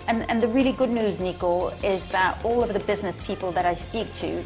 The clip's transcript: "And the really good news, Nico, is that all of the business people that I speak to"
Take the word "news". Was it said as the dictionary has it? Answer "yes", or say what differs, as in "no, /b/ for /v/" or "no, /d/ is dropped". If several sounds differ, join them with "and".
yes